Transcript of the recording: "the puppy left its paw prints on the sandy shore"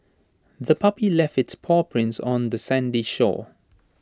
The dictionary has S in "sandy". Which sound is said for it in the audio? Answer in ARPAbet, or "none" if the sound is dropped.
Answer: S